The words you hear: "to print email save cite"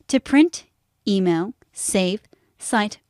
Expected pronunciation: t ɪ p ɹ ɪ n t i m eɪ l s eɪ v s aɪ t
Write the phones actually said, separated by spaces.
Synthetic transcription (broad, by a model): t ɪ p ɹ ɪ n t i m eɪ l s eɪ v s aɪ t